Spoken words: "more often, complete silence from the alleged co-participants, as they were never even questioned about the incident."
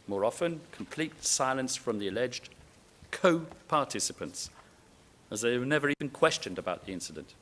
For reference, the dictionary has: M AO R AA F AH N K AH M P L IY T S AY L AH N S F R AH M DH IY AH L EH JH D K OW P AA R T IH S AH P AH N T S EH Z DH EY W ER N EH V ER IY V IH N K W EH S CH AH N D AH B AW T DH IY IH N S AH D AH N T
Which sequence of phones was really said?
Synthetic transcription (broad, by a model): M AO R AA F AH N K AH M P L IY T S AY L AH N S F R AH M DH IY AH L EH JH D K OW P AA R T IH S AH P AH N T S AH Z DH EY W ER N EH V ER IY V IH N K W EH S CH AH N D AH B AW T DH IY IH N S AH D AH N T